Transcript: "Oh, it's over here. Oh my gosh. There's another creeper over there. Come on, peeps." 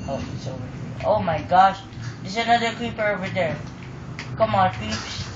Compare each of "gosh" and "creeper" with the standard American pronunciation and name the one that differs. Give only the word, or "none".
creeper